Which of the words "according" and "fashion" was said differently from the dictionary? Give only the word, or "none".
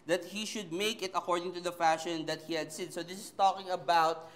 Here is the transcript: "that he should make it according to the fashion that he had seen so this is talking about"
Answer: none